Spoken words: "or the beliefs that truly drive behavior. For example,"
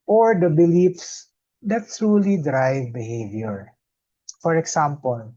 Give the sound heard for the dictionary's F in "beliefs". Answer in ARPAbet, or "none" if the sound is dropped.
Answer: F